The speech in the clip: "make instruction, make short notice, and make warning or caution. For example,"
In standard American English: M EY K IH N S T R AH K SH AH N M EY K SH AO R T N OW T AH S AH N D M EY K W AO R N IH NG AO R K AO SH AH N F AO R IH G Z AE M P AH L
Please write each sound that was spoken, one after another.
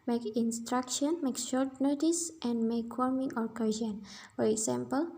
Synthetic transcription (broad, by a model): M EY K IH N S T R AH K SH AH N M EY K SH AO R T N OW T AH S AH N D M EY K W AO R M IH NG AO R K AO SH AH N F AO R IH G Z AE M P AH L